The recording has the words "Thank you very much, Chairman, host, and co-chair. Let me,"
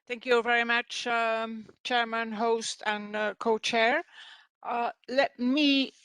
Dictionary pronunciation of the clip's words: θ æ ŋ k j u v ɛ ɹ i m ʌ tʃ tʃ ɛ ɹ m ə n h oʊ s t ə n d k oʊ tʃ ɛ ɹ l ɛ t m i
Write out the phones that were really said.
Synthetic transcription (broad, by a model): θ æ ŋ k j u v ɛ ɹ i m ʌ tʃ tʃ ɛ ɹ m ə n h oʊ s t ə n k oʊ tʃ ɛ ɹ l ɛ t m i